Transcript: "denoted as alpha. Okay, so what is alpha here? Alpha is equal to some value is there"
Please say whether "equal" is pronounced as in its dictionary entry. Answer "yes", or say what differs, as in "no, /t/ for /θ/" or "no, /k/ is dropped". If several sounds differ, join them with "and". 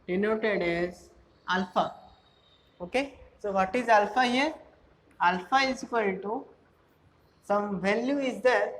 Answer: no, /n/ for /l/